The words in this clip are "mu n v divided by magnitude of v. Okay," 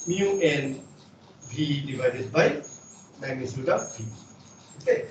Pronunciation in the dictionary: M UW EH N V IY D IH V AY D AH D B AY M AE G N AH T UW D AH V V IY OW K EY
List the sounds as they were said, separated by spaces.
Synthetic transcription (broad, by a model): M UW EH N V IY D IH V AY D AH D B AY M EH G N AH S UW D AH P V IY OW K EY